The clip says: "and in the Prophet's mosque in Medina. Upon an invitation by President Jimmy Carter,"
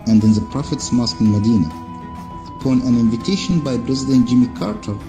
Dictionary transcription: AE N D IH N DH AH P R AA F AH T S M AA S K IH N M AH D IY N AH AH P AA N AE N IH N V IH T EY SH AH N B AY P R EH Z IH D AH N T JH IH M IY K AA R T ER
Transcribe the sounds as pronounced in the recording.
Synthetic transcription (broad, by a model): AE N D IH N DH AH P R AA F AH T S M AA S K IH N M AH D IY N AH AH P AA N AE N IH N V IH T EY SH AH N B AY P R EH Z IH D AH N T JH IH M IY K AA R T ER